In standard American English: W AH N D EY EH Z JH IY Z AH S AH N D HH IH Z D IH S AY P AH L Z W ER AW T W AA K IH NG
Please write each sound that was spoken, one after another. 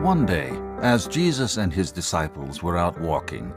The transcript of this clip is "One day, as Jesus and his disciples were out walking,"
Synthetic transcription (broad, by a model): W AH N D EY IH Z JH IY Z AH S AH N D IH Z D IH S AY P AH L Z W ER AW T W AA K IH NG